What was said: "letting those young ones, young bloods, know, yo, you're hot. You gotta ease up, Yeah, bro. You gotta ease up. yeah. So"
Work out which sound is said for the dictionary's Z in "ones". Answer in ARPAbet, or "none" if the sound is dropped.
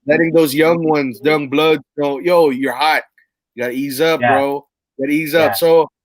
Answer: Z